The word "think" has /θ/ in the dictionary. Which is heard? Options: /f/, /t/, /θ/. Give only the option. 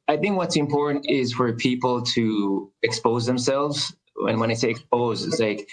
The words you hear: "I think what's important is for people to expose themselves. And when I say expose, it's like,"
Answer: /θ/